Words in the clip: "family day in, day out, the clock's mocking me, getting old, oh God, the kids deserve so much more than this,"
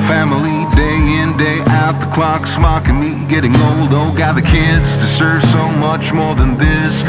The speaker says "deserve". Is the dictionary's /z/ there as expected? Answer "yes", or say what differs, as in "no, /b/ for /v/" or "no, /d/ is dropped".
no, /s/ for /z/